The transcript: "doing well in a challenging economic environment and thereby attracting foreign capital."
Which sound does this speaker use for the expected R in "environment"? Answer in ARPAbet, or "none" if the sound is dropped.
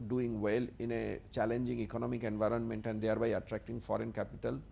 R